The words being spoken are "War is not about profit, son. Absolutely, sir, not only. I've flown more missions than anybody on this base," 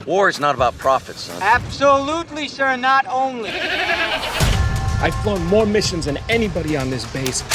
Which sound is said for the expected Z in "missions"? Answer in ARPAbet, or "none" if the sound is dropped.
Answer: Z